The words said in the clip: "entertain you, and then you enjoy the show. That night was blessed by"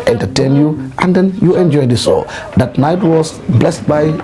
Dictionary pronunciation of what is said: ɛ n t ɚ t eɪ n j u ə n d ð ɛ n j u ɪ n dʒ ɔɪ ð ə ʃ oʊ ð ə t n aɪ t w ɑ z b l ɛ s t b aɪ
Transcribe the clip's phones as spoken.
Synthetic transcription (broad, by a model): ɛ n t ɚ t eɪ n j u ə n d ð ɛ n j u ɪ n dʒ ɔɪ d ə s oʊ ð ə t n aɪ t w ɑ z b l ɛ s t b aɪ